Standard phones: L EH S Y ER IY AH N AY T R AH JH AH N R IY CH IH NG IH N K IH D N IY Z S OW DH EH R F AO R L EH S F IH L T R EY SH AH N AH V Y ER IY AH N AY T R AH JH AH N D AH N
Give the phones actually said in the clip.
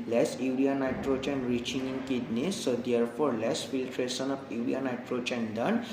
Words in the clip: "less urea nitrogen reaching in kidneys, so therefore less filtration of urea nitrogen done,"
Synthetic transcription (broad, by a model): L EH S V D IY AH N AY T R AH CH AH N R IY CH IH NG IH N K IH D N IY S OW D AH R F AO R L EH S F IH L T R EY S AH N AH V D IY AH N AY T R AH CH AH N D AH N